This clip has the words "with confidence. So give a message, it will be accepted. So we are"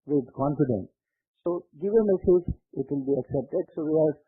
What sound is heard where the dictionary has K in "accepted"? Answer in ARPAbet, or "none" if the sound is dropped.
K